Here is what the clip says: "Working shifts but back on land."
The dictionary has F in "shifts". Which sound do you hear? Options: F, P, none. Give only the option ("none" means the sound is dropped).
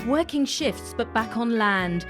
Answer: F